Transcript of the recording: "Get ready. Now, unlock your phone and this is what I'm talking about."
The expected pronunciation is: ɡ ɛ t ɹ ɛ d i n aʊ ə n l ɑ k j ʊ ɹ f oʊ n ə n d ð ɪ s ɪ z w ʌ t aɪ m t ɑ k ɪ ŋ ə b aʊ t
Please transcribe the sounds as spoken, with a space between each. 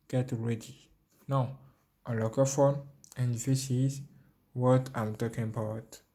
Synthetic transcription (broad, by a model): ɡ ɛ t ɹ ɛ d i n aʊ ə l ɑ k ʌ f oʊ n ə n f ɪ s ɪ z w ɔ t aɪ m t ɑ k ɪ ŋ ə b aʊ t